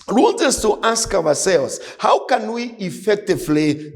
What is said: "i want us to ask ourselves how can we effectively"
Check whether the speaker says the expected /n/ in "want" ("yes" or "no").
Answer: no